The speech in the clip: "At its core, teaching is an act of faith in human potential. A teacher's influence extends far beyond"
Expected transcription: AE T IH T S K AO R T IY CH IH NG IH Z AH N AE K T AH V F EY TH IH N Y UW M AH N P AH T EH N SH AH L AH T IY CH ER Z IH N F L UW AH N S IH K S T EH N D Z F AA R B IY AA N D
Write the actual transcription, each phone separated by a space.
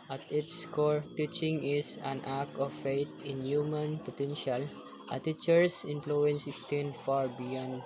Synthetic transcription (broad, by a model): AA T IH T S K AO R T IY CH IH NG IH S AH N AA K AH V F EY T IH N Y UW M AH N P AH T EH N SH AH L AH T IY CH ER S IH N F L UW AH N S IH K S T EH N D F AA R B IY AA N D